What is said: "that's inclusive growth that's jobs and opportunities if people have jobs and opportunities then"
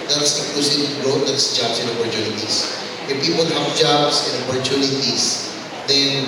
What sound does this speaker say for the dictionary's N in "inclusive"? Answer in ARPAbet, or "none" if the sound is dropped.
none